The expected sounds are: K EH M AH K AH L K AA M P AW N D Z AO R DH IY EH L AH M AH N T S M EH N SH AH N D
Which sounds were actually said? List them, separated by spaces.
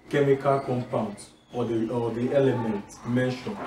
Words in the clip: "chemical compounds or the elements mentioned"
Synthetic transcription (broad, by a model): K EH M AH K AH L K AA M P AW N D S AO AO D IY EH L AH M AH N T M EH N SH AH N